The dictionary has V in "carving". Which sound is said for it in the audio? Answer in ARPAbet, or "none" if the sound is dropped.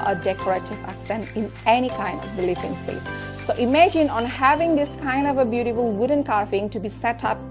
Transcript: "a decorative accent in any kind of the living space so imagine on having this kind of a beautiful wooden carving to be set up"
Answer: F